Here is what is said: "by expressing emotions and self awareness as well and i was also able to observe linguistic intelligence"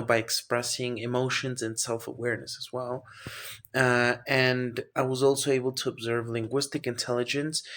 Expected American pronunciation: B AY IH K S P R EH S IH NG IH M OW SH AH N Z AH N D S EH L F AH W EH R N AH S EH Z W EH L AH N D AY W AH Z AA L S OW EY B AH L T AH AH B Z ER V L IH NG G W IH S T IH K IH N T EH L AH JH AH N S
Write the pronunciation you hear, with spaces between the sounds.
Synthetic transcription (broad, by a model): B AY IH K S P R EH S IH NG IH M OW SH AH N Z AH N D S EH L F AH W EH R N AH S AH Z W EH L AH N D AY W AH Z AA L S OW EY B L T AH AH B Z ER V L IH NG G W IH S T IH K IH N T EH L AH JH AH N S